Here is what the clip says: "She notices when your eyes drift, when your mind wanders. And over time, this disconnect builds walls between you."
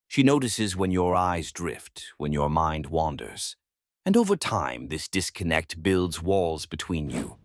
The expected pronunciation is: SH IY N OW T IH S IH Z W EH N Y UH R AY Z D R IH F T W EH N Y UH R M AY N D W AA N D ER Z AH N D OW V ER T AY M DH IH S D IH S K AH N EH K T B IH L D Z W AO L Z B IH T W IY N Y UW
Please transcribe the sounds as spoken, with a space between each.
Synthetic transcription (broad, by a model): SH IY N OW T IH S IH Z W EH N Y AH R AY Z D R IH F T W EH N Y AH R M AY N D W AA N D ER Z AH N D OW V ER T AY M DH IH S D IH S K AH N EH K T B IH L D Z W AO L Z B IH T W IY N Y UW